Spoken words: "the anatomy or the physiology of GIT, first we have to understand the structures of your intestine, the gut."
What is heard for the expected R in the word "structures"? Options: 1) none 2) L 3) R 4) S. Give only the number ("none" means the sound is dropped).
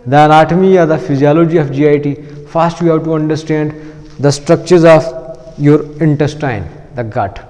3